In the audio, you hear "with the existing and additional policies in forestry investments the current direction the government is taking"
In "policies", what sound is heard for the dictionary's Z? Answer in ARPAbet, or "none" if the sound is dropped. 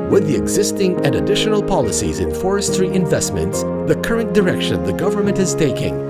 Z